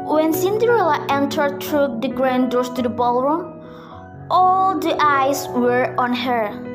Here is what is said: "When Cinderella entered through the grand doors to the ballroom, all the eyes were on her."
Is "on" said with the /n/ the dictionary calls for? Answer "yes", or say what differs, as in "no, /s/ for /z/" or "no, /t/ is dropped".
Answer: yes